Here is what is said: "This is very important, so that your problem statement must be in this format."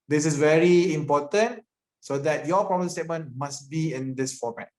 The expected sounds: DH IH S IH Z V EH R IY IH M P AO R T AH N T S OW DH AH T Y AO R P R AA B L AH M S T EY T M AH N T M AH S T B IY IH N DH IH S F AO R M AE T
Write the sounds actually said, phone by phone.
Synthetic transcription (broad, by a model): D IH S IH S V EH R IY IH M P AO T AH N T S OW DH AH T Y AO P R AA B AH S T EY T M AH N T M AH S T B IY IH N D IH S F AO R M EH T